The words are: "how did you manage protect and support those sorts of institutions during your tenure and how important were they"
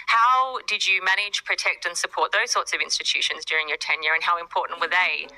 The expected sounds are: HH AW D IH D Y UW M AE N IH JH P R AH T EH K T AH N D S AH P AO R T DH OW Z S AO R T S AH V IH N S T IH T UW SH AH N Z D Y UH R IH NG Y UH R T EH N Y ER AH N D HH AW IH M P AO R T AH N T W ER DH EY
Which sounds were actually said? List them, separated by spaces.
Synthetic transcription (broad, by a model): HH AW D IH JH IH M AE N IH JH P R AH T EH K T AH N S AH P AO R T DH OW Z S AO R T S AH V IH N S T IH T UW SH AH N Z D Y UH R IH NG Y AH R T EH N Y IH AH N HH AW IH M P AO R T N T W ER DH EY